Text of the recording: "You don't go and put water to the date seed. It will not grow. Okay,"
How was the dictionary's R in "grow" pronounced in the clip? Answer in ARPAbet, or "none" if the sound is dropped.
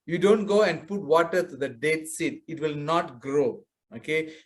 R